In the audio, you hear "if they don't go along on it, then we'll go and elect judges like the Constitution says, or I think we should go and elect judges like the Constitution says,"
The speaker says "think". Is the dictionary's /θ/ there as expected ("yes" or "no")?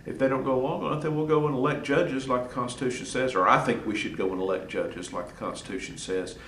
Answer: yes